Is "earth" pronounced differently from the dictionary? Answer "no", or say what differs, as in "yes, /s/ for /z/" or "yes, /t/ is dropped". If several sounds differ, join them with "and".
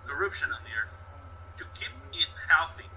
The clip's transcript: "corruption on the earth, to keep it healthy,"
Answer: no